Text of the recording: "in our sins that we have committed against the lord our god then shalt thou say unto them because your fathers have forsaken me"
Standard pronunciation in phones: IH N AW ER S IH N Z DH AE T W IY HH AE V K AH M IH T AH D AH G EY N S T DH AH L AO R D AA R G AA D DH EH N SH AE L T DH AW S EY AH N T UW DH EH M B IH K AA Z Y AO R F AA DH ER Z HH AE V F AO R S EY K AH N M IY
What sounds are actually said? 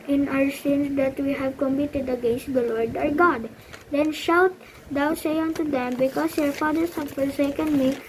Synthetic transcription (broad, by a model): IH N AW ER S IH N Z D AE T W IY HH AE V K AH M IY T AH D AH G EY N S T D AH L AO R D AA R G AA D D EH N SH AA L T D AW S EY AH N T UW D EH M B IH K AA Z Y AO R F AA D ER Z HH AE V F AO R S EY K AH N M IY